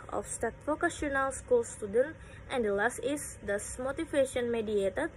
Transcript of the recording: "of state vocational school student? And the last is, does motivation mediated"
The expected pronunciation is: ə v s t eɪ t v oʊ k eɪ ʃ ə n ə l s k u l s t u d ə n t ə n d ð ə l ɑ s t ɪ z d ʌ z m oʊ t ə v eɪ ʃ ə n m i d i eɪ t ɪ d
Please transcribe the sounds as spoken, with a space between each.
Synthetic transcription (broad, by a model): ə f s t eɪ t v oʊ k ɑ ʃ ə n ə l s k u l s t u d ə n t ə n d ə l ɑ s t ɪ s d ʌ s m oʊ t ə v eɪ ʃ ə n m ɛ d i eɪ t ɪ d